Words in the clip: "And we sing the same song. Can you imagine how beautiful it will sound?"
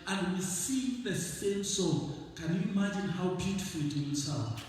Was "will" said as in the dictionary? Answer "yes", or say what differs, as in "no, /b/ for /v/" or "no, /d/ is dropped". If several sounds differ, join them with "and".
no, /n/ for /l/